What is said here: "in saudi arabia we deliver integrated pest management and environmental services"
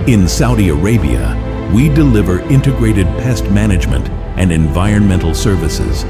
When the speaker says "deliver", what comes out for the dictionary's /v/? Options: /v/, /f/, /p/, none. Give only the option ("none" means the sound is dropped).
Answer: /v/